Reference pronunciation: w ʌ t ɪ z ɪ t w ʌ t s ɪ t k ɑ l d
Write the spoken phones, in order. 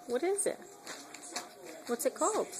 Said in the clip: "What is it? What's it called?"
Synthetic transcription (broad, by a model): w ʌ t ɪ z ɪ t w ʌ t s ɪ t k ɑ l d